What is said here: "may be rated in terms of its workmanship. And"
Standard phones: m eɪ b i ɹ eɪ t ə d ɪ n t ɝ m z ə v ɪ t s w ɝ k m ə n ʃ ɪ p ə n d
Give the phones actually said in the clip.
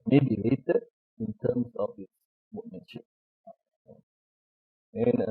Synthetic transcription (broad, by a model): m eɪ b i l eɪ t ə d ɪ n t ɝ m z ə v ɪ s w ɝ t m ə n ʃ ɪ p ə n